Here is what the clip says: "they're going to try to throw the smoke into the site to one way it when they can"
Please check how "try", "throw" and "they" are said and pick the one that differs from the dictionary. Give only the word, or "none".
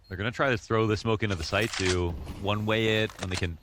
none